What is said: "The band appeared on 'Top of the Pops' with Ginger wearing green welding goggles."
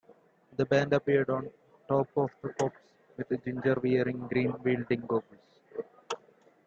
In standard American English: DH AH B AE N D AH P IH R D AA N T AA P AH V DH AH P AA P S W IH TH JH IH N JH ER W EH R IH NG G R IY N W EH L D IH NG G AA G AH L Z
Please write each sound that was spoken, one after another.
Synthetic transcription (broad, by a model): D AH B AE N D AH P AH R D AA N T AA P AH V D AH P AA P S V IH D JH IH N JH ER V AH R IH NG G R IY N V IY L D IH NG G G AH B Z